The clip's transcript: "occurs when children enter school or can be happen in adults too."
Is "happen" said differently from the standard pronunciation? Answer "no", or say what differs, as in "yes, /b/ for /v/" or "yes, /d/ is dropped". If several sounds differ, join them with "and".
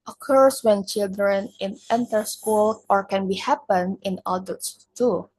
no